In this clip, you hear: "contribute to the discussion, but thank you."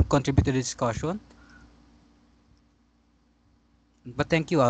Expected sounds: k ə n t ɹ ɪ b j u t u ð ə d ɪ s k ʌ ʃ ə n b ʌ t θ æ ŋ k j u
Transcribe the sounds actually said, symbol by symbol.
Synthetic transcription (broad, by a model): k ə n t ɹ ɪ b j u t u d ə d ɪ s k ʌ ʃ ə n b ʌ t t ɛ ŋ k j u